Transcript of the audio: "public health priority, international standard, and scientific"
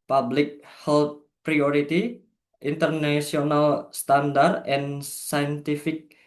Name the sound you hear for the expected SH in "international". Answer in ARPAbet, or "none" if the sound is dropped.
S